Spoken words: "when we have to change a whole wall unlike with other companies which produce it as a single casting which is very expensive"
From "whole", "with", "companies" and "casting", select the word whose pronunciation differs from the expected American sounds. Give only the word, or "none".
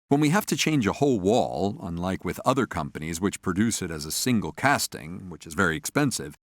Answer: none